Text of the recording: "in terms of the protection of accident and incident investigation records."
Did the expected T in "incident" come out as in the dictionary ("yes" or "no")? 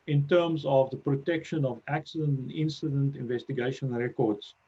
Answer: yes